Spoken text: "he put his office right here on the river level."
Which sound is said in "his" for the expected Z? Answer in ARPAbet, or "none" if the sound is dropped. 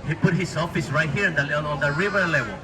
S